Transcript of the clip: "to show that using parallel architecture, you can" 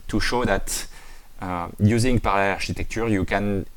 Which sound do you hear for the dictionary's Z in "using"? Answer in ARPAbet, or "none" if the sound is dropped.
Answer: Z